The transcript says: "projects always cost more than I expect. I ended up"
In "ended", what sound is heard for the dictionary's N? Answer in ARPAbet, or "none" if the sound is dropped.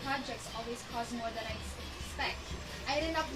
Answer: none